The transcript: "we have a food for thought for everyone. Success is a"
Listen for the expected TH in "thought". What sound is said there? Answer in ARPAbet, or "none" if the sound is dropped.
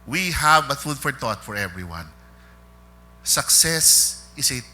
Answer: T